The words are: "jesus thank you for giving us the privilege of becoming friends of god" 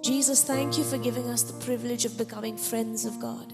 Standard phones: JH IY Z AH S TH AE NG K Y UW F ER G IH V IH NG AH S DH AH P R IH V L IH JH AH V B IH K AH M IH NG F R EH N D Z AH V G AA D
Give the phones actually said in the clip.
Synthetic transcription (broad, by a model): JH IY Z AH S TH AE NG K Y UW F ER G IH V IH NG AH S DH AH P R IH V L IH JH AH V B IH K AH M IH NG F R EH N D Z AH V G AA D